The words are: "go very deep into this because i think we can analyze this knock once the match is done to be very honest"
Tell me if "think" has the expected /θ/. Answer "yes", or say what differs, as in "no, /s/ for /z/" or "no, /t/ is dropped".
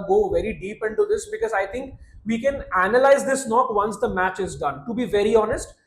no, /t/ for /θ/